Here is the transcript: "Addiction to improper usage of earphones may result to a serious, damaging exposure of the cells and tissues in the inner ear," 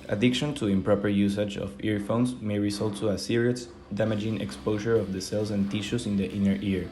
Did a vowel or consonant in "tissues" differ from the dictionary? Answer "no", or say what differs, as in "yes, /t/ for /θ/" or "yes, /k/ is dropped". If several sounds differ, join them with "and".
yes, /s/ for /z/